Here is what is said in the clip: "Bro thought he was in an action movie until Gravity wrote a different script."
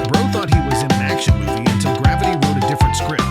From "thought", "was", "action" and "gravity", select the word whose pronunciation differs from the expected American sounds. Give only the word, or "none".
none